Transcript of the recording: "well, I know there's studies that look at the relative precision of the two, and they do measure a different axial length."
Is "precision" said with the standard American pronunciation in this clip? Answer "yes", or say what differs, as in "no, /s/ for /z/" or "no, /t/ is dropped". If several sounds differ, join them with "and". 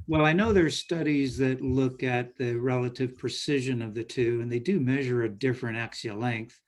yes